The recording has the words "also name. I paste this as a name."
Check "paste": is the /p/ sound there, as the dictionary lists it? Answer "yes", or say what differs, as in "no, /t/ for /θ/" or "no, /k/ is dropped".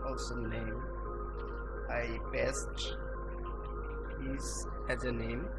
no, /b/ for /p/